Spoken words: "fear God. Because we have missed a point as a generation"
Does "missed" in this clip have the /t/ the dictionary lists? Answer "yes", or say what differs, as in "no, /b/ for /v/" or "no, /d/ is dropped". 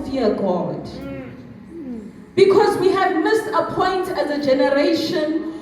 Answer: no, /t/ is dropped